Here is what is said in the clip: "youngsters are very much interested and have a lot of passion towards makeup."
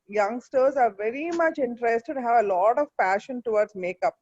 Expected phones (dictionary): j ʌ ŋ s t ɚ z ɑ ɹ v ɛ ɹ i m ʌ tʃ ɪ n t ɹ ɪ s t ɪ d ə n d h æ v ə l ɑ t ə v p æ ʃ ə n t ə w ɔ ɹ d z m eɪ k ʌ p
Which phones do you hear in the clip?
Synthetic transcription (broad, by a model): j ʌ ŋ s t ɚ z ɑ ɹ v ɛ ɹ i m ʌ tʃ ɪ n t ɹ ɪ s t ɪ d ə h æ v ə l ɑ t ə v p æ ʃ ə n t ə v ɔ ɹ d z m eɪ k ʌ p